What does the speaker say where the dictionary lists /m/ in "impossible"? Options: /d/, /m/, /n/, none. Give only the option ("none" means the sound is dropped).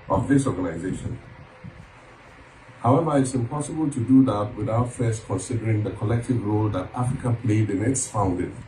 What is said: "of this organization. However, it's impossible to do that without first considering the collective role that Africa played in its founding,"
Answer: /m/